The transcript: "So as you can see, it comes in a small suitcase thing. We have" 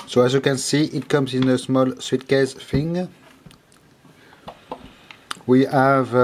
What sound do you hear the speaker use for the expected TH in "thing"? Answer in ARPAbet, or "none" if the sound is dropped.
F